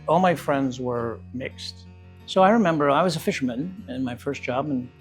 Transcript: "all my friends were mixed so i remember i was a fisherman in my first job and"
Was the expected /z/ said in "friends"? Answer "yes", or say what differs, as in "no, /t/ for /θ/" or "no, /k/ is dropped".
yes